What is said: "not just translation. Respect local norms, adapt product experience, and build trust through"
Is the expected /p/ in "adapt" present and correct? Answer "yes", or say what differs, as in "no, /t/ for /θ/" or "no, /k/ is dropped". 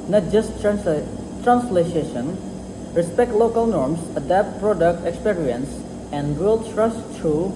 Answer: yes